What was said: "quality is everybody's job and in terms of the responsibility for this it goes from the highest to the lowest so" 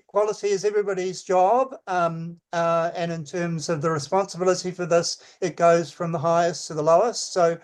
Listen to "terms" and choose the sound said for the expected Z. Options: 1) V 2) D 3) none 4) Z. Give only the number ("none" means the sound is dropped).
4